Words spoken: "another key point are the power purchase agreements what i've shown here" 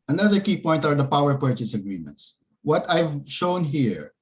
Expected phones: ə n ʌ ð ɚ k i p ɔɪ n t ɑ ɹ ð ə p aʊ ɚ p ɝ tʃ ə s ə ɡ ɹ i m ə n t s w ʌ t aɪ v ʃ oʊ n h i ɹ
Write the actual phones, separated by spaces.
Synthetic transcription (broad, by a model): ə n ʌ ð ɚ k i p ɔɪ n t ɑ ɹ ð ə p aʊ ɚ p ɝ tʃ ə s ə ɡ ɹ i m ə n t s w ʌ t aɪ v ʃ oʊ n h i ɹ